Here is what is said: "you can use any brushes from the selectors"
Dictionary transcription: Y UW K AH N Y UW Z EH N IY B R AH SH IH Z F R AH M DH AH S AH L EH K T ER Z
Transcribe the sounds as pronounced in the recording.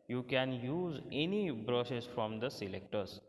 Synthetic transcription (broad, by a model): Y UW K AH N Y UW Z EH N IY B R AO S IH S F R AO M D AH S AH L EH K T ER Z